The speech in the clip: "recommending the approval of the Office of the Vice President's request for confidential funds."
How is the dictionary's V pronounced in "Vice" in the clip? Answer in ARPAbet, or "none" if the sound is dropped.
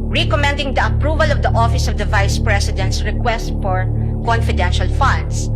V